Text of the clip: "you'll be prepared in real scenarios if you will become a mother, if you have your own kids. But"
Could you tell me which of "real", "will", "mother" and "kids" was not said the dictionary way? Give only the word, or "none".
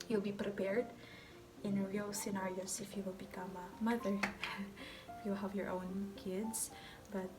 kids